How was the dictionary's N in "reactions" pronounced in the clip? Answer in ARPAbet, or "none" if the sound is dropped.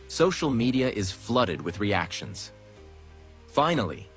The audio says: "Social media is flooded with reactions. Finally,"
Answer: N